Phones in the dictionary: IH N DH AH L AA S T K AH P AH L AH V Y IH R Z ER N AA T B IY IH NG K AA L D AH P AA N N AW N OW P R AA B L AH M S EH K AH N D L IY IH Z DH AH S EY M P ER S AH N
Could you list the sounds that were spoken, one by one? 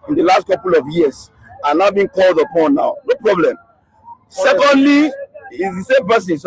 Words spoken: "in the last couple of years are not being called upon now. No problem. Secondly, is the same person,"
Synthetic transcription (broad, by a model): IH N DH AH L AA S T K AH P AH L AH V Y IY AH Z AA N AA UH B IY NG K AA L D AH P AA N N AW N OW P R AA B L AH M S EH K AH N D L IY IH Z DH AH S EY M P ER S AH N